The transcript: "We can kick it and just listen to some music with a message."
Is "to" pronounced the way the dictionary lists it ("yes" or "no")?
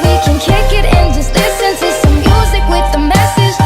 no